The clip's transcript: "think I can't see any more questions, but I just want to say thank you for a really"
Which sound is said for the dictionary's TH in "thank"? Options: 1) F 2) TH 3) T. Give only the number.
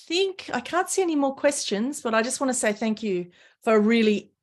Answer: 2